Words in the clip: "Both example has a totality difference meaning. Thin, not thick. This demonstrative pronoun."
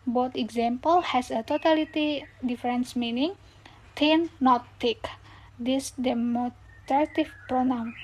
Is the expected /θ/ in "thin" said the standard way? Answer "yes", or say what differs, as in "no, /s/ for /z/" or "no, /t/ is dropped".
no, /t/ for /θ/